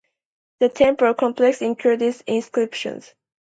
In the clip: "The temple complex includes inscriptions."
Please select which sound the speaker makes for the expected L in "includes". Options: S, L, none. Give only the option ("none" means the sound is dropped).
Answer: none